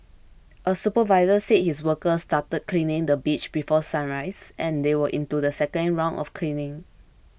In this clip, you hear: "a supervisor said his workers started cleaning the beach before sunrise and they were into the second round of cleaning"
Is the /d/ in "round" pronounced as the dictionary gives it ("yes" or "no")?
no